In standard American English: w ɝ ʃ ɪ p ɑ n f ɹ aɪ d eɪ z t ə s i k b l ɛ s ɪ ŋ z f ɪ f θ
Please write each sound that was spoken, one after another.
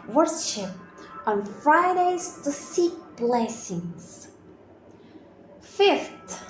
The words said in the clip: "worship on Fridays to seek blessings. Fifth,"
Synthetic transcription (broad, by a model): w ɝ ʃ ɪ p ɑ n f ɹ aɪ d eɪ z t ə s i k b l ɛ s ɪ ŋ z f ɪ f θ